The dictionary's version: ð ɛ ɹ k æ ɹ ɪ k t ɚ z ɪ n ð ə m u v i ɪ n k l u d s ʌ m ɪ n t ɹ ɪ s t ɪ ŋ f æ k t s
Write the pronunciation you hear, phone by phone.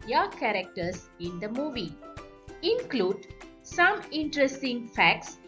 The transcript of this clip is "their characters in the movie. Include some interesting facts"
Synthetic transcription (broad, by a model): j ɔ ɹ k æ ɹ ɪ k t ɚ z ɪ n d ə m u v i ɪ n k l u d s ʌ m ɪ n t ɹ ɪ s t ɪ ŋ f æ k t s